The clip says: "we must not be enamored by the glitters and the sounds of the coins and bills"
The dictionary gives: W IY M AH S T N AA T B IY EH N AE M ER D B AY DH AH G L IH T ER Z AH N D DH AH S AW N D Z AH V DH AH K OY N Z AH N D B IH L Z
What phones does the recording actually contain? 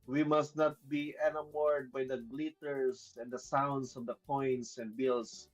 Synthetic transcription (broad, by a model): W IY M AH S T N AA T B IY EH N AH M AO D B AY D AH G L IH T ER S AH N D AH S AW N D S AH V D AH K OY N S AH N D B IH L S